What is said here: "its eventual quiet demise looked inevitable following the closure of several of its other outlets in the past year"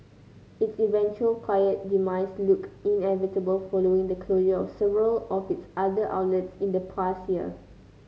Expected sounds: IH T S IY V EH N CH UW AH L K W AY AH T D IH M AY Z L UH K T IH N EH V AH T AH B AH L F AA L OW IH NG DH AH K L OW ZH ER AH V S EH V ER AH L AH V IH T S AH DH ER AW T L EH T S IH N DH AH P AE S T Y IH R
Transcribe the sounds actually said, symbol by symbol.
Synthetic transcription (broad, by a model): IH T S IY V EH N CH UW AH L K W AY AH T D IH M AY S L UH K IH N EH V AH T AH B AH L F AA L OW IH NG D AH K L OW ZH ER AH F S EH V ER AH L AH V IH T S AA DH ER AW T L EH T S IH N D AH P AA S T Y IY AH